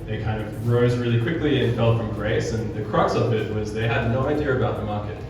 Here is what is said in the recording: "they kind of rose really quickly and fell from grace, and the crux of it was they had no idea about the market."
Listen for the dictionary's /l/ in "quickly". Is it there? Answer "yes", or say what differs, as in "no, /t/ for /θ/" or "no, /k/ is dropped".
yes